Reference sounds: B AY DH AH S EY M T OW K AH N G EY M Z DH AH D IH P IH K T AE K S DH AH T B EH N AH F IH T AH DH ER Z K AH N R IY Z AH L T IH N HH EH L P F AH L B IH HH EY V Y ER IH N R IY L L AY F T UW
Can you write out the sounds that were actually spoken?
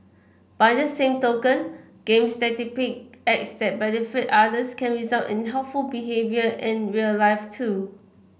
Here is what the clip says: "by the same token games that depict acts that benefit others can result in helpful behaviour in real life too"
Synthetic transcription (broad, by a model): B AY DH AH S EY M T OW K AH N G EY M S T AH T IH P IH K EH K S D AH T B EH N AH F IH T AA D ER S K AH N R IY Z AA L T IH N HH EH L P F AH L B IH HH EY V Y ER IH N R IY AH L AY F T UW